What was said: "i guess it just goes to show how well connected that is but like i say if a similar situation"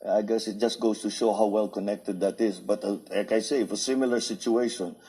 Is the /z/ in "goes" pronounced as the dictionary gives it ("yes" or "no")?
no